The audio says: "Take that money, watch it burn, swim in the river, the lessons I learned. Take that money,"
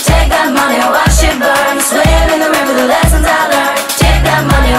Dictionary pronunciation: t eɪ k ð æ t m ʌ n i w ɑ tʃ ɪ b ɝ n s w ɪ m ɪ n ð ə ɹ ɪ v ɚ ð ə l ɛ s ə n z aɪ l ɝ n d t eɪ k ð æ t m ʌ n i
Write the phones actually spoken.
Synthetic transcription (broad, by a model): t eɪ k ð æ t m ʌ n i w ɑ ʃ ɪ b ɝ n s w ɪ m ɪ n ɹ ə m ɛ b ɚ ð ə l ɛ s ə n z aɪ l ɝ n t eɪ k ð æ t m ʌ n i